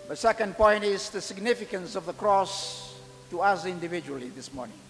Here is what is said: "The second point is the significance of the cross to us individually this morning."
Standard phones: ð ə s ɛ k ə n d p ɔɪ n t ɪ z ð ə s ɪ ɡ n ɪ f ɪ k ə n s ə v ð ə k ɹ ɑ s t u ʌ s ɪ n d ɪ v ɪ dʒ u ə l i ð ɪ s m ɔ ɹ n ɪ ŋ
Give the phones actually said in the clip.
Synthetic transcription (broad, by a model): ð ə s ɛ k ə n d p ɔɪ n t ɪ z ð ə s ɪ ɡ n ɪ f ɪ k ə n s ə v ð ə k ɹ ɑ s t u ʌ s ɪ n d ɪ v ɪ dʒ u ə l i ð ɪ s m ɔ ɹ n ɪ ŋ